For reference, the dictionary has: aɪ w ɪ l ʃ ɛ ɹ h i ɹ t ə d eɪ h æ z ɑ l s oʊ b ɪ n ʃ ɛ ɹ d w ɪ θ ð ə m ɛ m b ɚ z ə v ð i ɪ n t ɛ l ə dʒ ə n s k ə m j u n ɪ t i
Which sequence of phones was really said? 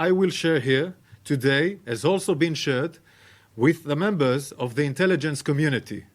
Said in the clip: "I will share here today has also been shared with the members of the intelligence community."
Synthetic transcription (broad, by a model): aɪ w ɪ l ʃ ɛ ɹ h i ɹ t ə d eɪ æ z ɑ l s oʊ b ɪ n ʃ ɛ ɹ d w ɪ ð ə m ɛ m b ɚ z ə v ð i ɪ n t ɛ l ə dʒ ə n s k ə m j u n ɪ t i